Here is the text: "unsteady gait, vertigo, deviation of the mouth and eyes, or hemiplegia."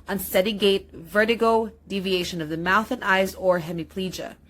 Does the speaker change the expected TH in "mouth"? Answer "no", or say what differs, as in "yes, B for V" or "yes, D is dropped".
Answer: no